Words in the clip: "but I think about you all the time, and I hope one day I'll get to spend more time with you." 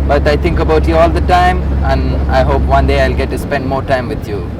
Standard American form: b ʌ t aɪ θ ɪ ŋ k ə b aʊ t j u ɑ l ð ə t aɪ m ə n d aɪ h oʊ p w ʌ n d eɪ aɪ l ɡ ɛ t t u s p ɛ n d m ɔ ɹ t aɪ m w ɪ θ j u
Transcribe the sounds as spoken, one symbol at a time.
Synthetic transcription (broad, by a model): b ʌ t aɪ t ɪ ŋ k ə b aʊ t j u ɑ l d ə t aɪ m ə n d aɪ h oʊ p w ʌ n d eɪ aɪ l ɡ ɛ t t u s p ɛ n d m ɔ ɹ t aɪ m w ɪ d j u